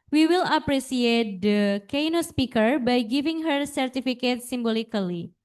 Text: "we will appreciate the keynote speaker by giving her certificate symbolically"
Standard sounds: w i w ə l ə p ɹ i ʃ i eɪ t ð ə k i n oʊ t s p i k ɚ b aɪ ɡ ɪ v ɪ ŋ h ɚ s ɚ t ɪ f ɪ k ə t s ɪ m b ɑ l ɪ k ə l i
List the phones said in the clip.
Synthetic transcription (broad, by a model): w i w ə l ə p ɹ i s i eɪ t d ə k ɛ n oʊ s p i k ɚ b aɪ ɡ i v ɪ ŋ h ɚ s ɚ t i f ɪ k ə t s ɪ m b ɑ l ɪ k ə l i